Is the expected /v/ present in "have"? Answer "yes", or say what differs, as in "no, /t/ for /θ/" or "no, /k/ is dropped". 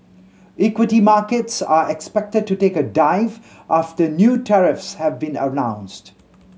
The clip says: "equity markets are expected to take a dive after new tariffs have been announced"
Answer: yes